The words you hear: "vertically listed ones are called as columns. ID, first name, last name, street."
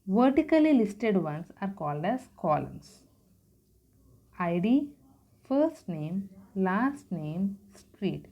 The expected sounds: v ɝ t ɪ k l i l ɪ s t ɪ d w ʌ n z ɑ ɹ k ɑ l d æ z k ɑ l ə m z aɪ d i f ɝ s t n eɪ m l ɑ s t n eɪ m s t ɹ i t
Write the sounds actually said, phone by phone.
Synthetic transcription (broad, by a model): v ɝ t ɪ k l i l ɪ s t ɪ d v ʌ n s ɑ ɹ k ɑ l d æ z k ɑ l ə m s aɪ d i f ɝ s t n eɪ m l ɑ s t n eɪ m s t ɹ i t